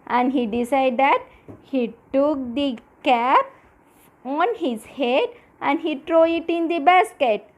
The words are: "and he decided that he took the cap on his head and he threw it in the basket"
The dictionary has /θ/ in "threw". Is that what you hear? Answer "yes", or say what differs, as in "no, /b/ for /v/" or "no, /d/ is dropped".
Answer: no, /t/ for /θ/